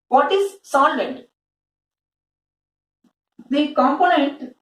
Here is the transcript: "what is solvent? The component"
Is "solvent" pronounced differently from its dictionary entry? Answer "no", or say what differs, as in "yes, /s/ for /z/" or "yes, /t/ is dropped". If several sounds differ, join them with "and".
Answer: yes, /v/ is dropped